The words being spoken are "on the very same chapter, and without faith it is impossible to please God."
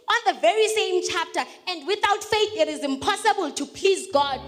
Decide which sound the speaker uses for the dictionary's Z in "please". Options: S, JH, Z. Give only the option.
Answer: Z